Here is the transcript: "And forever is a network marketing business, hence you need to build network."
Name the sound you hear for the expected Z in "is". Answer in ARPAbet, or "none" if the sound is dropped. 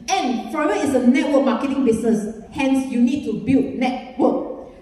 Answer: S